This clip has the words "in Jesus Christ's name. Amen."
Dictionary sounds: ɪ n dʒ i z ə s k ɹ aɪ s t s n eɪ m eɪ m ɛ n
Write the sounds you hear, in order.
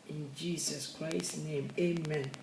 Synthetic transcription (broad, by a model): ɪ n dʒ i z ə s k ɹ aɪ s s n eɪ m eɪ m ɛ n